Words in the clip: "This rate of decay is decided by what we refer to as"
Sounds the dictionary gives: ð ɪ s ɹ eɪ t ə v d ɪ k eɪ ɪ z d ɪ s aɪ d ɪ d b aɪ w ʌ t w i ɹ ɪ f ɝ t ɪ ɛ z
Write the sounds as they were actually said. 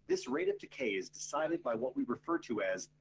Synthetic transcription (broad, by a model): ð ɪ s ɹ eɪ t ə v d ɪ k eɪ ɪ z d ɪ s aɪ d ɪ d b aɪ w ʌ t w i ɹ ɪ f ɝ t ɪ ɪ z